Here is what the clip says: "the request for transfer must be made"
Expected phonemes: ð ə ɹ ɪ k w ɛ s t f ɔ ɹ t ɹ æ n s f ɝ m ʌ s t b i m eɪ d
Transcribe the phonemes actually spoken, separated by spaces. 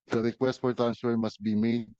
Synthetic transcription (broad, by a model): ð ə ɹ ɪ k w ɛ s t f ɔ ɹ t æ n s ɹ m ʌ s t b i m eɪ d